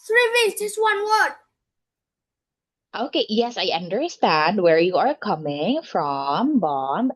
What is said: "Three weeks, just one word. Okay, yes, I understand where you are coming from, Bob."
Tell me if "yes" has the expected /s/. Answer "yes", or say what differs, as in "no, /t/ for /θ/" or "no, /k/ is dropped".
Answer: yes